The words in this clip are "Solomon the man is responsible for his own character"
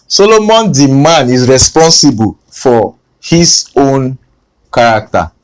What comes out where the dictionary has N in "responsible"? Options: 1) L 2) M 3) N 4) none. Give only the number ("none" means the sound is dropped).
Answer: 3